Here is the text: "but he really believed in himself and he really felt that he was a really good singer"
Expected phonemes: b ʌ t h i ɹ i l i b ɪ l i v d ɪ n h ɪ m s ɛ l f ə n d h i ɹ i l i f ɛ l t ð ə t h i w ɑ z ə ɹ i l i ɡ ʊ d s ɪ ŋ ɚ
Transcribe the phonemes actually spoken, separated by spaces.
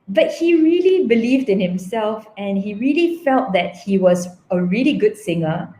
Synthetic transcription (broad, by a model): b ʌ t h i ɹ i l i b ɪ l i v d ɪ n h ɪ m s ɛ l f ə n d h i ɹ i l i f ɛ l t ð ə t h i w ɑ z ə ɹ i l i ɡ ʊ d s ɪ ŋ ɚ